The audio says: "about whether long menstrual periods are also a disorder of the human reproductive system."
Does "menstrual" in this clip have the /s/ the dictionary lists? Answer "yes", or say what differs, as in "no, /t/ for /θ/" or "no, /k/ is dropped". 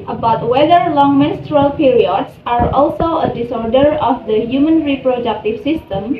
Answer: yes